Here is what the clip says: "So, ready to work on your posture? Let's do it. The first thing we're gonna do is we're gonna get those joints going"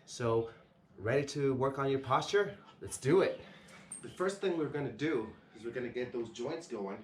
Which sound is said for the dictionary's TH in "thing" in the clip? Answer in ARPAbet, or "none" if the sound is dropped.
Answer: TH